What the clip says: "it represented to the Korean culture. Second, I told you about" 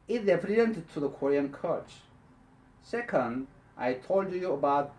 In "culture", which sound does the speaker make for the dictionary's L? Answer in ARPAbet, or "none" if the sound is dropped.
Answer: none